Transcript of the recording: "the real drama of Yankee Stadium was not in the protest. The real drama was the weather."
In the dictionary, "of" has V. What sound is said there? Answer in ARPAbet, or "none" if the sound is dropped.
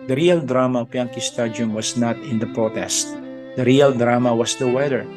P